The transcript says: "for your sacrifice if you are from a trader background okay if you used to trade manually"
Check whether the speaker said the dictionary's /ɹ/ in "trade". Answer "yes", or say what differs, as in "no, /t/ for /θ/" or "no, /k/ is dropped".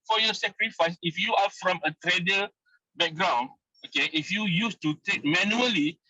no, /ɹ/ is dropped